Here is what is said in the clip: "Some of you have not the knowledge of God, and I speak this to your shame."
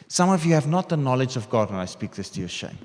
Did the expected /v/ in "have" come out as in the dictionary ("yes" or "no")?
yes